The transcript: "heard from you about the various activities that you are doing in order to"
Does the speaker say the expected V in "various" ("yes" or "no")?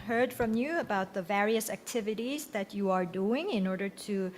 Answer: yes